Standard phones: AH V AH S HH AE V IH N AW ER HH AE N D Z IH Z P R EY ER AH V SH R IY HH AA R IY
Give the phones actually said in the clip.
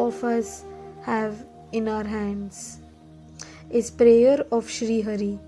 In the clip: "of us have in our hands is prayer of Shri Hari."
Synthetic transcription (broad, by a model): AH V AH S HH AE V IH N AW ER HH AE N D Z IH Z P R EY ER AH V SH R IY HH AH R IY